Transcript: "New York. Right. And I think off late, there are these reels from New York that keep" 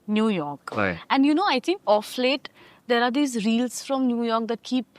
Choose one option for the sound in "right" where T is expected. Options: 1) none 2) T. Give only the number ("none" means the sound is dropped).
1